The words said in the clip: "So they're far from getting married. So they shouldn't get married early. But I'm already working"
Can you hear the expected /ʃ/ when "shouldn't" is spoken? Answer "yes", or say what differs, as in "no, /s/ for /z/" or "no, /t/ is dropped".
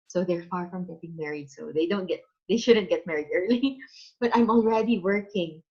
yes